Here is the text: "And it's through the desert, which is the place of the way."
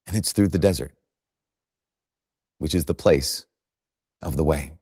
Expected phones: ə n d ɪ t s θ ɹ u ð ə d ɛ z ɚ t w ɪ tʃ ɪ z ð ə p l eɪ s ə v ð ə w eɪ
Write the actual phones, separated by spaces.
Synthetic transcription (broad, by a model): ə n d ɪ t s θ ɹ u ð ə d ɛ z ɚ t w ɪ tʃ ɪ z ð ə p l eɪ s ə v ð ə w eɪ